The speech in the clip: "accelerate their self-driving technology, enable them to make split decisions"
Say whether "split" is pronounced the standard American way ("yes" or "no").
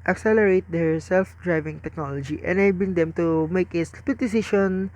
no